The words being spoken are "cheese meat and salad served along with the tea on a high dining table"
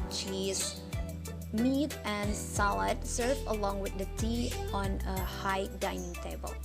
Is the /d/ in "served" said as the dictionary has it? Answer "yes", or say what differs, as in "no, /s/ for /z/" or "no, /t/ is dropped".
no, /d/ is dropped